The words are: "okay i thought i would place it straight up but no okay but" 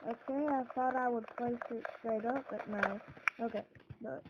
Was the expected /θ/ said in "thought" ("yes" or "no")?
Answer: yes